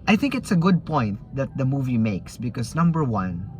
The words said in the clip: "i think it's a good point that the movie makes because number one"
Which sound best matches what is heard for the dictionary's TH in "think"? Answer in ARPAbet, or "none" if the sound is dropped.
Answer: TH